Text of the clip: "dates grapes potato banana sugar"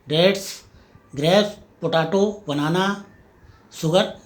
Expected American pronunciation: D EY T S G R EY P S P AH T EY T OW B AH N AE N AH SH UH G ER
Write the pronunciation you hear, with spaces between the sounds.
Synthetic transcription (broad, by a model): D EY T S G R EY S P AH T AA T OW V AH N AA N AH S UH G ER